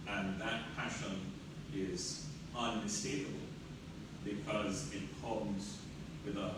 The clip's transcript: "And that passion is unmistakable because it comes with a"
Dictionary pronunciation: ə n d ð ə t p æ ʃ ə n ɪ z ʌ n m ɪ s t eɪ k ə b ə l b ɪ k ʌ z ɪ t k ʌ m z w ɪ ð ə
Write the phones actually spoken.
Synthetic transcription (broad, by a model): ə n ð ə t p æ ʃ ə n ɪ z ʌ n ɪ s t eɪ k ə b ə l b ɪ k ʌ z ɪ t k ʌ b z w ɪ ð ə